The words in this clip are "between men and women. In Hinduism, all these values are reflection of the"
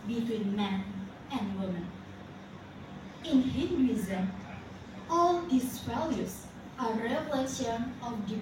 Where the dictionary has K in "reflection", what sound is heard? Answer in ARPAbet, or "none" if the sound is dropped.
none